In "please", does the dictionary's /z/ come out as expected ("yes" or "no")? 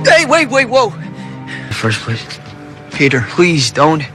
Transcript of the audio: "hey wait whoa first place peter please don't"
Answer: yes